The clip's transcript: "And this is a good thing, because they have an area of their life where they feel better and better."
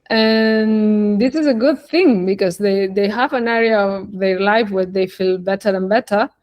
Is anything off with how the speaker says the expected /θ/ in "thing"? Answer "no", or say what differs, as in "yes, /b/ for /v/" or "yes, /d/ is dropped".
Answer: no